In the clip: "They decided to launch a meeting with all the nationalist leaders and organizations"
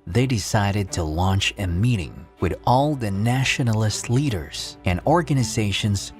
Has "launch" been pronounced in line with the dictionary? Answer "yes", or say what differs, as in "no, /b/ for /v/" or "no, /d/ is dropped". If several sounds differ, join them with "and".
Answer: yes